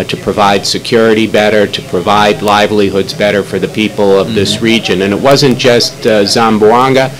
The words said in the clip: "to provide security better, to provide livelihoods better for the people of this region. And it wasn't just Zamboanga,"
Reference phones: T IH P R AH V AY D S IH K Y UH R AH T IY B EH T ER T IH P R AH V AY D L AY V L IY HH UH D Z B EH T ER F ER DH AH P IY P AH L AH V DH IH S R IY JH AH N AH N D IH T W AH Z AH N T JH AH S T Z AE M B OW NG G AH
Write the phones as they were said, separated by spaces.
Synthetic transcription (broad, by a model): T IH P R AH V AY D S IH K Y UH R AH T IY B EH T ER T IH P R AH V AY D L AY V L IY HH UH D Z B EH T ER F ER DH AH P IY P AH L AH V DH IH S R IY JH AH N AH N IH T W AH Z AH N JH AH S T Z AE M B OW NG G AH